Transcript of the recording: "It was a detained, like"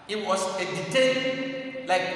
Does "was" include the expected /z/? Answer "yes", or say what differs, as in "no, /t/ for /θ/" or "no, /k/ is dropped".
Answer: no, /s/ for /z/